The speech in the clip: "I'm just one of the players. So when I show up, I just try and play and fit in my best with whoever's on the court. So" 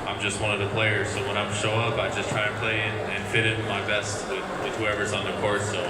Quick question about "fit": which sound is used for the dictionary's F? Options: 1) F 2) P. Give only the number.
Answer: 1